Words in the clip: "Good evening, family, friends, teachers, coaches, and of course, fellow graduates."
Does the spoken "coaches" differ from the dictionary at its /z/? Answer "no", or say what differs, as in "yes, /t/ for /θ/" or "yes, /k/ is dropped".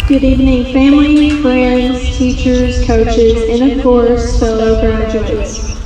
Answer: no